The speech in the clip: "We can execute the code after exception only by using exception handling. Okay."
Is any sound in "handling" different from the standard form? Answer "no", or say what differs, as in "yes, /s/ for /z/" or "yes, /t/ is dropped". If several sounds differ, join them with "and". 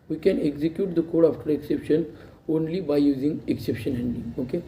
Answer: yes, /l/ is dropped